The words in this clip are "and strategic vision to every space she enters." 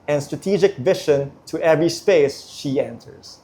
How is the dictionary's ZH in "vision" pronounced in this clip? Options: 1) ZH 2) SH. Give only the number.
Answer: 2